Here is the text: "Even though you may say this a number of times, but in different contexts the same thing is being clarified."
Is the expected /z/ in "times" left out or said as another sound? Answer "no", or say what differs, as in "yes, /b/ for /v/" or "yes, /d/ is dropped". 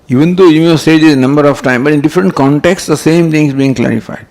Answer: yes, /z/ is dropped